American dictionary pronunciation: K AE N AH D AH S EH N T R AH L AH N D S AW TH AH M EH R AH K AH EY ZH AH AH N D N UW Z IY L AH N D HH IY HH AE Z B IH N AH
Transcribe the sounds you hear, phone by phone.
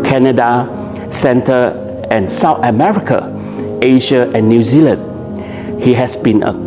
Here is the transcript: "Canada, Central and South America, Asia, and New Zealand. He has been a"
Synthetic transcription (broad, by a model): K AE N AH D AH S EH N T AH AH N S AW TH AH M EH R AH K AH EY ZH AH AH N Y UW Z IY L AH N D HH IY HH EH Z B IH N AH